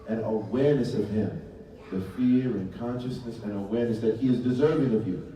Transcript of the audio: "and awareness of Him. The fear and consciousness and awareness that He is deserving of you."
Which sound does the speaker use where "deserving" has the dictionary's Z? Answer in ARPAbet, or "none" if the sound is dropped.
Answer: Z